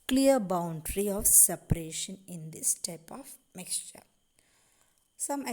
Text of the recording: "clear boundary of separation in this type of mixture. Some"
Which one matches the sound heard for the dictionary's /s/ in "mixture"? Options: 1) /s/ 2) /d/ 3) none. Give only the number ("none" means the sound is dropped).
1